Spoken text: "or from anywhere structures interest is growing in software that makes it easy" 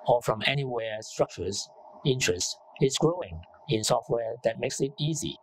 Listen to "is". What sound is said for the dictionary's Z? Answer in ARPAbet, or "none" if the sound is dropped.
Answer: S